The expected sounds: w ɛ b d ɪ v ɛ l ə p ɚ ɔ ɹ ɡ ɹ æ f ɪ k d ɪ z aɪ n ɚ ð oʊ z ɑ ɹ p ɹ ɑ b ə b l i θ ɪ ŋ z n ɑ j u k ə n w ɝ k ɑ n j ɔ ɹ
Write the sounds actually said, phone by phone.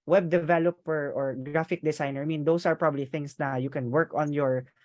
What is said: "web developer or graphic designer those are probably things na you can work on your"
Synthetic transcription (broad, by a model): w ɛ b d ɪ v ɛ l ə p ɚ ɔ ɹ ɡ ɹ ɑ f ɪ k d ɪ s aɪ n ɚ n oʊ s ɑ ɹ p ɹ ɑ b ə b l i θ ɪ ŋ s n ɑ j u k ə n w ɝ k ɑ n j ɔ ɹ